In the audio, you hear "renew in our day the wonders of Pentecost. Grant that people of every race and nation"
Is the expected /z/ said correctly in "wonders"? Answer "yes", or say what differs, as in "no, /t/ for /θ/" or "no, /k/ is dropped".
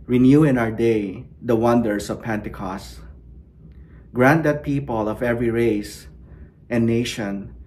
no, /s/ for /z/